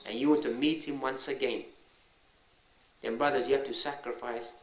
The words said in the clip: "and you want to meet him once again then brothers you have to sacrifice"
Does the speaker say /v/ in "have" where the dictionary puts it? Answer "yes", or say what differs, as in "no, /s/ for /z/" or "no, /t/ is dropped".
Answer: no, /f/ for /v/